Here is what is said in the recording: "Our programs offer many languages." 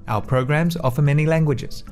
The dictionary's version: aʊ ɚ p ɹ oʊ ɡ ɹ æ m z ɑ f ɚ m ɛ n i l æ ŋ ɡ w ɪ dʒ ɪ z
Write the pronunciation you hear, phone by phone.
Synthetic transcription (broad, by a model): aʊ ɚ p ɹ oʊ ɡ ɹ æ m z ɑ f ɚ m ɛ n i l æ ŋ ɡ w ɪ dʒ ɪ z